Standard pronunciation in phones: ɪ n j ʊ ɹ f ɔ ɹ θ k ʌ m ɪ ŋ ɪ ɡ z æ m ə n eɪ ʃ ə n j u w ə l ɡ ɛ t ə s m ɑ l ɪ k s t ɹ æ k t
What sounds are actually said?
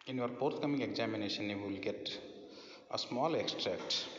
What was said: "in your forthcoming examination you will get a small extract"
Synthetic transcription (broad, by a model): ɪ n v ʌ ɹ p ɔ ɹ t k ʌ m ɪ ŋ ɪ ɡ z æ m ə n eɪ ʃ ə n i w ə l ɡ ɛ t ə s m ɑ l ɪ k s t ɹ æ k t